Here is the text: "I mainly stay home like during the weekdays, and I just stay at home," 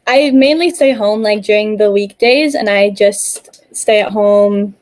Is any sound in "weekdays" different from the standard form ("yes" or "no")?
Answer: no